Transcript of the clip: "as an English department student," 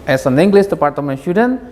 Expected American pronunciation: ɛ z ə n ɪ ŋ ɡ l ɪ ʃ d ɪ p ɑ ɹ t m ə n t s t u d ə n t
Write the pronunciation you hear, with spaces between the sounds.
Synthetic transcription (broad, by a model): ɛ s ə n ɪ ŋ ɡ l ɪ s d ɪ p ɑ ɹ t m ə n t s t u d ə n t